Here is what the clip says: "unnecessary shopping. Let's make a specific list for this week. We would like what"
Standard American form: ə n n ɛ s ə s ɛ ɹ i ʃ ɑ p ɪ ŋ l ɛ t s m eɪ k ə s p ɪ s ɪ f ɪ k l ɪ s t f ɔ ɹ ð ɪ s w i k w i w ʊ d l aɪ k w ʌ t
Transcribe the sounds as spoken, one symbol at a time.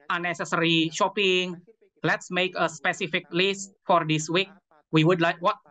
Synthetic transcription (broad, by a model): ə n n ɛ s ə s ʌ ɹ i ʃ ɑ p ɪ ŋ l ɛ t s m eɪ k ə s p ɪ s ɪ f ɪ k l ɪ s t f ɔ ɹ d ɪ s w i k w i w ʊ d l aɪ k w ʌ t